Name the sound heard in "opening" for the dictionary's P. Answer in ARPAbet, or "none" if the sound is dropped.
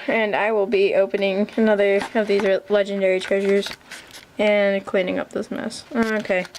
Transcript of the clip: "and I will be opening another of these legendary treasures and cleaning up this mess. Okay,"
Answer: P